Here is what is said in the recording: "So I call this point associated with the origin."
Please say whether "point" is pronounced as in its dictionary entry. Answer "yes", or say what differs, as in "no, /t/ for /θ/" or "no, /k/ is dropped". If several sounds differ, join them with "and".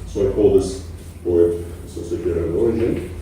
no, /n/ is dropped